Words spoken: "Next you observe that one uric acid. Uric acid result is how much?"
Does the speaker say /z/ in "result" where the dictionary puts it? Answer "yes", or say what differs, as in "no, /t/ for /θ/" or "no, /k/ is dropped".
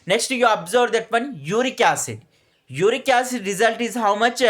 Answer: yes